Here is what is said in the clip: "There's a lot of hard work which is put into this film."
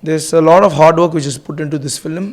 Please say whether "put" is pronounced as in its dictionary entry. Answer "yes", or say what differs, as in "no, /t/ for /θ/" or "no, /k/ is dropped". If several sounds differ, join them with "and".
yes